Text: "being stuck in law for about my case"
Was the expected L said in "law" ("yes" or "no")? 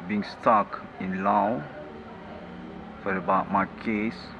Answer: yes